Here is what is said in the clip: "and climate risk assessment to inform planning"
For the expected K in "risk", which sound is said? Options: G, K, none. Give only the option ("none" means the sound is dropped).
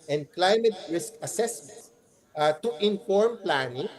K